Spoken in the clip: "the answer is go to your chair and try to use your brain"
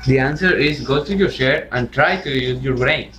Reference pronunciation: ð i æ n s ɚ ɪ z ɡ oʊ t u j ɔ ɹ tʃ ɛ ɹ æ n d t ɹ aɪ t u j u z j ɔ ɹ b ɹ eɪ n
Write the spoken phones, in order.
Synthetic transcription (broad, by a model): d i æ n s ɚ ɪ z ɡ oʊ t u j ɔ ɹ ʃ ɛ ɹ æ n d t ɹ aɪ t u j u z j ɔ ɹ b ɹ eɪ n